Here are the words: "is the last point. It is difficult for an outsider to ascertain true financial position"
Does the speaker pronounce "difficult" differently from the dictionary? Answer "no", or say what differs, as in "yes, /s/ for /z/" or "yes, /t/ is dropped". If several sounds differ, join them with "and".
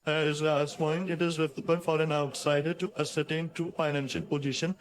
yes, /k/ is dropped